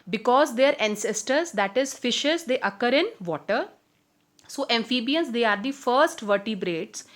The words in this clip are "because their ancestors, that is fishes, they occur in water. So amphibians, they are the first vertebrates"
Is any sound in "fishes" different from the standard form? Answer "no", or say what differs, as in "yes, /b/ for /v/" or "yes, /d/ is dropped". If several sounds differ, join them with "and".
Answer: no